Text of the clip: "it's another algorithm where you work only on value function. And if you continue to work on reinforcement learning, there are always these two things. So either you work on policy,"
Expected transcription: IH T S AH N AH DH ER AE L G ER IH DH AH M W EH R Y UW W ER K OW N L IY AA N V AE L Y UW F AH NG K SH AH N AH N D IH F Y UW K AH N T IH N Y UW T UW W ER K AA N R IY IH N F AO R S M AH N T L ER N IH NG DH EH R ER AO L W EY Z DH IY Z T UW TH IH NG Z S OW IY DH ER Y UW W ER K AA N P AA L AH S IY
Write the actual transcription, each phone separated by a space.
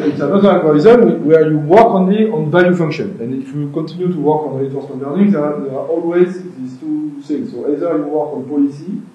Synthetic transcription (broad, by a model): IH T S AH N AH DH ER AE N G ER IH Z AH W W EH R Y UW W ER K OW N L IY AA N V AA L Y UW F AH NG K SH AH N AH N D IH F Y UW K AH N T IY N Y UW T UW W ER K AA N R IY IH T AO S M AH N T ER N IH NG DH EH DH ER AO L W EY Z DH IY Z T UW S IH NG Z S OW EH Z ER Y UW W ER K AA N P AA L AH S IY